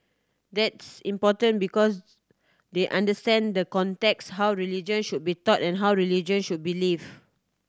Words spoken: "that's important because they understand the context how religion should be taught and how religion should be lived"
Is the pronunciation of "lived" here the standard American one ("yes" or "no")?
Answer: no